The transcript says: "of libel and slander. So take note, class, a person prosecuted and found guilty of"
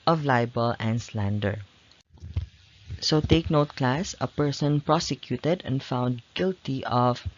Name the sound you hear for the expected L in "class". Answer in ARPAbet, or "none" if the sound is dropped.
L